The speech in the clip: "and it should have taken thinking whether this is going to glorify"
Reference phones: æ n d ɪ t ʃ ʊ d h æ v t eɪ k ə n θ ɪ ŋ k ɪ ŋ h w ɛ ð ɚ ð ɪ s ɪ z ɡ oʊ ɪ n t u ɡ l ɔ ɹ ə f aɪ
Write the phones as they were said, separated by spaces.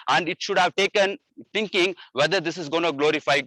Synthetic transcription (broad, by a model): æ n d ɪ t ʃ ʊ d h æ v t eɪ k ə n t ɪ ŋ k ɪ ŋ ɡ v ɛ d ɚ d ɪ s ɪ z ɡ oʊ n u ɡ l ɔ ɹ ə f aɪ